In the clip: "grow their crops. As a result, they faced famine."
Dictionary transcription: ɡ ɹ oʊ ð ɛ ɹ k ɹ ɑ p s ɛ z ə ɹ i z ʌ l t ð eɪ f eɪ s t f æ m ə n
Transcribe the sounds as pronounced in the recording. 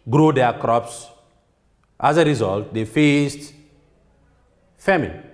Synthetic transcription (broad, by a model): ɡ ɹ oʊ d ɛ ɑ k ɹ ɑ p s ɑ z ə ɹ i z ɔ l t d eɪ f eɪ s t f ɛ m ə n